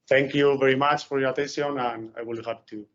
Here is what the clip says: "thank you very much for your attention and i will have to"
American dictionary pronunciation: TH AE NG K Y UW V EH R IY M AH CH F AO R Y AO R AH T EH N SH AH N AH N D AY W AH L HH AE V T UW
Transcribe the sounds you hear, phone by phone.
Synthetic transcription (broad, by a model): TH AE NG K Y UW V EH R IY M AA CH F AO R Y AO R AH T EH N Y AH N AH N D AY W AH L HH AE P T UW